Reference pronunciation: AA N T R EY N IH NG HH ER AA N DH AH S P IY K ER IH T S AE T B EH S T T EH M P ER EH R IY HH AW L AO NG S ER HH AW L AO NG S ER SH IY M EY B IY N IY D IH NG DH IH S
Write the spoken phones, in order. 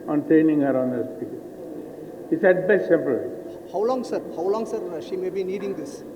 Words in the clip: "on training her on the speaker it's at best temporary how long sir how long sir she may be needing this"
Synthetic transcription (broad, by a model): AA N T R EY N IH NG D AA N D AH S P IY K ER IH T S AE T B EH S T S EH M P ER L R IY HH AW L AO NG S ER HH AW L AO NG S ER SH IY M EY B IY N IY D IH NG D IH S